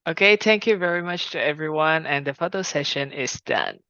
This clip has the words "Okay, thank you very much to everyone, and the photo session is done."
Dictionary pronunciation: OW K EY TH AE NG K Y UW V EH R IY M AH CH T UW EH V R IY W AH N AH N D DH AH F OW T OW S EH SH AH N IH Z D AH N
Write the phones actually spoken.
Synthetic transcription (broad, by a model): OW K EY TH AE NG K Y UW V EH R IY M AH CH T UW EH V R IY W AH N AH N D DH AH F OW T OW S EH SH AH N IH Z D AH N